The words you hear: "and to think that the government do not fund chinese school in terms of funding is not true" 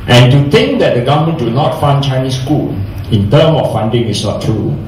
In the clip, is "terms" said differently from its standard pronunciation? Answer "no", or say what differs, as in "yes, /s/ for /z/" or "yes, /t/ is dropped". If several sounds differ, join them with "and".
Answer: yes, /z/ is dropped